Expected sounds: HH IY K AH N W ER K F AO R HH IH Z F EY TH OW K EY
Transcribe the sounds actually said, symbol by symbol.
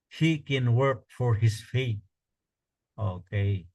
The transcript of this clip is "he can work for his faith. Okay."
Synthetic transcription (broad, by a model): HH IY K AH N W ER K F AO R HH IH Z F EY T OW K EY